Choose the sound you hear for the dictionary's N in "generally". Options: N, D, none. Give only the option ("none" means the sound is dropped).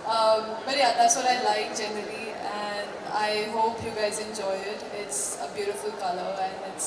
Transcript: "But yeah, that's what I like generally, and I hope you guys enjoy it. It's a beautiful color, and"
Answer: N